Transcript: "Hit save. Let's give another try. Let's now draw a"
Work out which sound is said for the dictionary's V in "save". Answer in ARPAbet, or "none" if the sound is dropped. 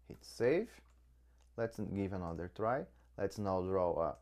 F